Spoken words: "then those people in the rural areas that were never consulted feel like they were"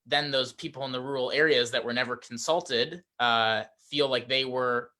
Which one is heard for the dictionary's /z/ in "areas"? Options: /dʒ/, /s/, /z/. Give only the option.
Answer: /z/